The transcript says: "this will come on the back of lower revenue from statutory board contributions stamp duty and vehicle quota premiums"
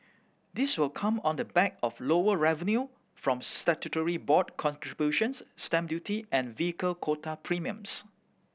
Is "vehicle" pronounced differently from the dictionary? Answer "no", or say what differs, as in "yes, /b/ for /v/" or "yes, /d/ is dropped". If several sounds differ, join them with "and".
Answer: no